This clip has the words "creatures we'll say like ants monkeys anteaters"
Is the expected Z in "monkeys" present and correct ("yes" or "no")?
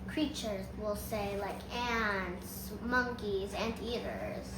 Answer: yes